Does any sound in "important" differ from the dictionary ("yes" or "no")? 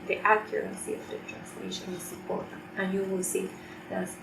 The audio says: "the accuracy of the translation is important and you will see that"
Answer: yes